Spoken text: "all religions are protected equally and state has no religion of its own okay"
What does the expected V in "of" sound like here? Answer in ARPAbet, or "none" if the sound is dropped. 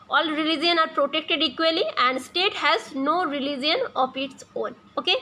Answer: P